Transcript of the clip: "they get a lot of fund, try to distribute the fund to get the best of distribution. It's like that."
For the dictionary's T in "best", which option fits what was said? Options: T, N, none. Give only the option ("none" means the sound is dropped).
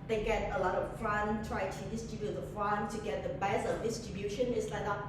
none